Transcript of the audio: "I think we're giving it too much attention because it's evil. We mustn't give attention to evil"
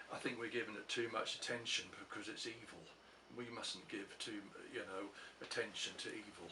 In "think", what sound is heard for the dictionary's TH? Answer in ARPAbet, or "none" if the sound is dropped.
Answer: TH